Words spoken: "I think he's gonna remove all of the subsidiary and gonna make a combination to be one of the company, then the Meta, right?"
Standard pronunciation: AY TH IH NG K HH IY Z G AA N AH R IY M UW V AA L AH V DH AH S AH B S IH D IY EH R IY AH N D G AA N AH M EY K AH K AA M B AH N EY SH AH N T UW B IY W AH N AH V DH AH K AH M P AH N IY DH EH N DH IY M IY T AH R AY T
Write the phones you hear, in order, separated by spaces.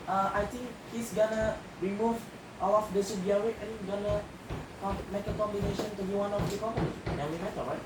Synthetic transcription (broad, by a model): AY T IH NG K HH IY S G AA N AH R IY M UW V AA L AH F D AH S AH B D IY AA W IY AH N G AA N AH M EY K AH K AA M B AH N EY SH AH N T UW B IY W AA N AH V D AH K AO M AH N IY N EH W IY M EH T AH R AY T